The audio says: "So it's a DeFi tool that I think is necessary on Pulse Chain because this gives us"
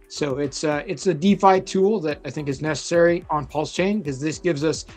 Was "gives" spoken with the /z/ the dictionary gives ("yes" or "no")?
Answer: yes